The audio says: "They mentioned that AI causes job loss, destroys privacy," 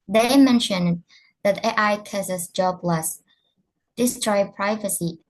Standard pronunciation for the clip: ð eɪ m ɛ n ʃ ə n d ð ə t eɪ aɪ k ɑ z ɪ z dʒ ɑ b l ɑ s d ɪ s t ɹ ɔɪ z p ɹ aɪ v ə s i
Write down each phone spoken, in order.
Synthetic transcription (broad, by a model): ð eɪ m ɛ n ʃ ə n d ð ə t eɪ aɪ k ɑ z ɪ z dʒ ɑ b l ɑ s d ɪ s t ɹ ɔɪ p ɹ aɪ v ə s i